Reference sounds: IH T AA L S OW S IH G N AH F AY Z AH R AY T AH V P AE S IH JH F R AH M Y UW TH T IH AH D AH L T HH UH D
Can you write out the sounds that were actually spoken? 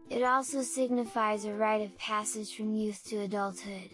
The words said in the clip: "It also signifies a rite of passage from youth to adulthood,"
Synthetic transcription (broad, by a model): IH T AA L S OW S IH G N AH F AY Z AH R AY T AH V P AE S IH ZH F R AH M Y UW TH T IH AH D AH L T HH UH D